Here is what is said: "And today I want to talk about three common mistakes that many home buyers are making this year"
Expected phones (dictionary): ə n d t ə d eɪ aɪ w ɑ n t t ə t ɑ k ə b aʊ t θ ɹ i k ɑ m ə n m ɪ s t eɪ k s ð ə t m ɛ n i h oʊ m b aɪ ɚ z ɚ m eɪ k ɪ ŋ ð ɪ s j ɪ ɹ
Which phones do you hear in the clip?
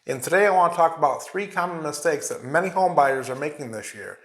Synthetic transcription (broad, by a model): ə n t ə d eɪ aɪ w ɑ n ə t ɑ k ə b aʊ t θ ɹ i k ɑ m ə n m ɪ s t eɪ k s ð ə t m ɛ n i h oʊ m b aɪ ɚ z ɚ m eɪ k ɪ ŋ ð ɪ s j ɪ ɹ